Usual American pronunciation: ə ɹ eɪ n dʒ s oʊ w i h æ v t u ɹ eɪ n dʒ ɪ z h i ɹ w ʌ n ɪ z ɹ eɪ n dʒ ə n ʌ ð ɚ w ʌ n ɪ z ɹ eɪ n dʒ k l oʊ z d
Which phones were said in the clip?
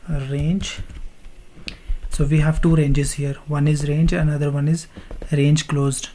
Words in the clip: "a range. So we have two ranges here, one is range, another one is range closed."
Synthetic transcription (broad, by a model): ɹ eɪ n dʒ s oʊ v i h æ v t u ɹ eɪ n dʒ ɪ z h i ɹ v ʌ n ɪ z ɹ eɪ n dʒ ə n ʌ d ɚ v ʌ n ɪ z ɹ eɪ n dʒ k l oʊ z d